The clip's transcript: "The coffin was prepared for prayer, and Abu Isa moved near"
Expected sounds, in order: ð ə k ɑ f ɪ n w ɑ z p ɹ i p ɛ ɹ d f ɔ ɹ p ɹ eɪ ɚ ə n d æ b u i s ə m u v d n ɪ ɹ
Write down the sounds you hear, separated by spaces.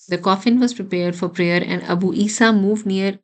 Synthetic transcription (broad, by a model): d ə k ɑ f ɪ n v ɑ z p ɹ i p ɛ ɹ d f ɔ ɹ p ɹ eɪ ɚ ə n d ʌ b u i s ə m u v d n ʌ ɹ